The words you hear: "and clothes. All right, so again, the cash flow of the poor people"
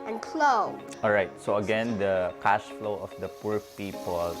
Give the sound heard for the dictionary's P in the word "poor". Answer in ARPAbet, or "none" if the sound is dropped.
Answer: P